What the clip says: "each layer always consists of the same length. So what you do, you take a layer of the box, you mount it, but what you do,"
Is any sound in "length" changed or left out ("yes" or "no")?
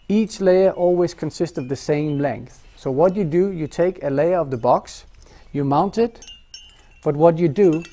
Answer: no